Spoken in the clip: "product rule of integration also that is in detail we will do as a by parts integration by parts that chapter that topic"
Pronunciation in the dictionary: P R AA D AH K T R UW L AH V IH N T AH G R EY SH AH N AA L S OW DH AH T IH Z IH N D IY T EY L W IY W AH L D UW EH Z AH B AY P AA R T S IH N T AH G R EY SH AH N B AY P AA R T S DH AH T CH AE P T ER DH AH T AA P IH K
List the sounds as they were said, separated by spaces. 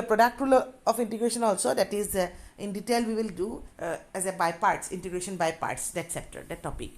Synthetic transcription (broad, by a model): P R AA D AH K T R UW L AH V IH N T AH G R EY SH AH N AA L S OW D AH T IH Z IH N D IY T EY L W IY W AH L D UW EH Z AH B AY P AA R T S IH N T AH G R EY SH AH N B AY P AA R T S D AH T S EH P T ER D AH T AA P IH K